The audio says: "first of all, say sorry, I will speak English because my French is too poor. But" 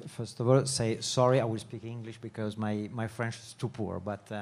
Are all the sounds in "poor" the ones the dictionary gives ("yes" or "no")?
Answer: yes